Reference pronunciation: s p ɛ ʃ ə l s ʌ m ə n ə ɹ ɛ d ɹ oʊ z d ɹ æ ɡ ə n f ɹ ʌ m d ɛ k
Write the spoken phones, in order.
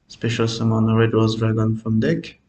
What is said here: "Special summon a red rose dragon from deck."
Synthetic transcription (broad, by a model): s p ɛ ʃ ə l s ʌ m ə n ə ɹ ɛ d w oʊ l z ɹ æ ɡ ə n f ɹ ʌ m d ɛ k